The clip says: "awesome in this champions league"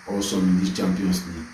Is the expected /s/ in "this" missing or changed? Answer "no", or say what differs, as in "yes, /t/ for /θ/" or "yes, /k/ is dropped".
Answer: yes, /s/ is dropped